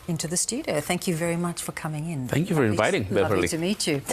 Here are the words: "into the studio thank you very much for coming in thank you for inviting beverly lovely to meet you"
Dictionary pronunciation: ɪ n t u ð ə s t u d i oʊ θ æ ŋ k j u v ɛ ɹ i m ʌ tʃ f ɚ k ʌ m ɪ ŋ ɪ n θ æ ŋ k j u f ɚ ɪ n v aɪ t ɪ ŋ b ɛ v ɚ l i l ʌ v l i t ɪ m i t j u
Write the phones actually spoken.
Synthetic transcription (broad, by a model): ɪ n t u ð ə s t u d i oʊ θ æ ŋ k j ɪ v ɛ ɹ i m ʌ tʃ f ɚ k ʌ m ɪ ŋ ɪ n θ æ ŋ k j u f ɚ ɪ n v aɪ t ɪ ŋ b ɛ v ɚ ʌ l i t ɪ m i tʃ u